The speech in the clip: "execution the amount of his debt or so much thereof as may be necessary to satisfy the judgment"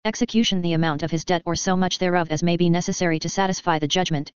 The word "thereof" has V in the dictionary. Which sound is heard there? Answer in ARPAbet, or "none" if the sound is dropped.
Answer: V